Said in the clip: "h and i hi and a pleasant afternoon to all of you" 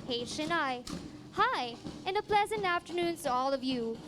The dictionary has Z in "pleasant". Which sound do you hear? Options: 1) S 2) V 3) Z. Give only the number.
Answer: 3